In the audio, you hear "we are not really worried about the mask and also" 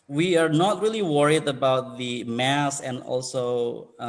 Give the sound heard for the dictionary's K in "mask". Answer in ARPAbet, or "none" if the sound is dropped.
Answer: none